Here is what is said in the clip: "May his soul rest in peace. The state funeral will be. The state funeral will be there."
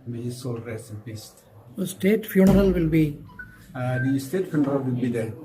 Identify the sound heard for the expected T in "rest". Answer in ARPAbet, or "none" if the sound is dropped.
none